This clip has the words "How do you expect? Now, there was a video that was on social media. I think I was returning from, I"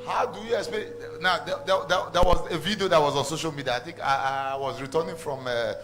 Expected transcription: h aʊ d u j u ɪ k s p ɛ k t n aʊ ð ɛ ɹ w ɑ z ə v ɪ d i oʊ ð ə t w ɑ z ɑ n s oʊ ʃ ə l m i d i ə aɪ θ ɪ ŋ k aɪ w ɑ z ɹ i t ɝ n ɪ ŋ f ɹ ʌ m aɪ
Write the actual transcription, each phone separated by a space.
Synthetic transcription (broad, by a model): h aʊ d u j u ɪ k s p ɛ n aʊ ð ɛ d w ɑ z ə v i d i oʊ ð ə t w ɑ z ɑ n s oʊ ʃ ə l m i d i ə aɪ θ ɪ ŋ k aɪ w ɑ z ɹ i t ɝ n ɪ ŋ f ɹ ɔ m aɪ